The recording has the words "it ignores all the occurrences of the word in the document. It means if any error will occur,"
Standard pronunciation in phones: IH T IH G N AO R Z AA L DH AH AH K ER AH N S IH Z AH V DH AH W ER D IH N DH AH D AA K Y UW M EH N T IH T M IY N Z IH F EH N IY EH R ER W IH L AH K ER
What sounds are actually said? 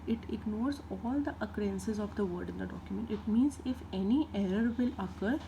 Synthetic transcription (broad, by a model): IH T IH G N AO R Z AA L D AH AH K ER AH N S IH Z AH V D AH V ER D IH N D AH D AA K Y UW M EH N T IH T M IY N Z IH F EH N IY EH R ER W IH L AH K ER